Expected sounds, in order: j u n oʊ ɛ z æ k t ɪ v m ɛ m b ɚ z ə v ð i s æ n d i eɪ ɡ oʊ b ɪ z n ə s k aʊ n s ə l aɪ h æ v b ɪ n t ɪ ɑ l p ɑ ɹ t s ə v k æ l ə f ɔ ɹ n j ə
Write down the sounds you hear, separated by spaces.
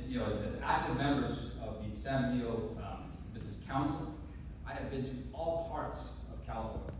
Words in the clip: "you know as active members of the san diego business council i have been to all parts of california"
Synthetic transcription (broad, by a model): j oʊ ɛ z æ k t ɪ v m ɛ m b ɚ z ə v ð i s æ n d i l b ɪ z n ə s k aʊ n s l aɪ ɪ v b ɪ n t ɪ ɑ l p ɑ ɹ t s ə v k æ l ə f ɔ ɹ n